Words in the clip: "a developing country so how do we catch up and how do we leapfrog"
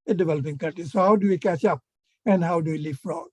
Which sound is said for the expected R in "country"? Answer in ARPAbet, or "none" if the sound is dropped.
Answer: none